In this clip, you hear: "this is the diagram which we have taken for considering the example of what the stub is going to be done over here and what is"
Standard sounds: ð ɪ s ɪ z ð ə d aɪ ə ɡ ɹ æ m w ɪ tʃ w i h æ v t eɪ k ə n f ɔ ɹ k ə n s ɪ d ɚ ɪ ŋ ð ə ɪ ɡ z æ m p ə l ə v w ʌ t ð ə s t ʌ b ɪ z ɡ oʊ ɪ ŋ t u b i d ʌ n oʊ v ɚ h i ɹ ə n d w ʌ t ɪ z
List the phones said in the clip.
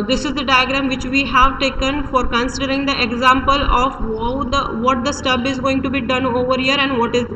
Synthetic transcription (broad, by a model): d ɪ s ɪ z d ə d aɪ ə ɡ ɹ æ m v ɪ tʃ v i h æ v t eɪ k ə n f ɔ ɹ k ə n s ɪ d ɚ ɪ ŋ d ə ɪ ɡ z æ m p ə l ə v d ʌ t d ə s t ʌ b ɪ z ɡ oʊ ɪ ŋ t u b i d ʌ n oʊ v ɚ h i ɹ ə n d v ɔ t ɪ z